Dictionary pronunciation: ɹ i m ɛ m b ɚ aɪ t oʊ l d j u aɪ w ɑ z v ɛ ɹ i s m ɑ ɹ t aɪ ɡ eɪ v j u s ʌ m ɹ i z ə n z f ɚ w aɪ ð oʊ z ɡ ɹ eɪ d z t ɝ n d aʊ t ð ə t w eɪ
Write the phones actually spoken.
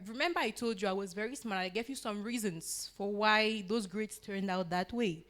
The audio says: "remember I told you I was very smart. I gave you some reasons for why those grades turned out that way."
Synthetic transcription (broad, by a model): ɹ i m ɛ m b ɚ aɪ t oʊ l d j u aɪ w ɑ z v ɛ ɹ i s m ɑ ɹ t aɪ ɡ eɪ v j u s ʌ m ɹ i z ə n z f ɚ w aɪ ð oʊ z ɡ ɹ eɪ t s t ɝ n d aʊ t ð ə t w eɪ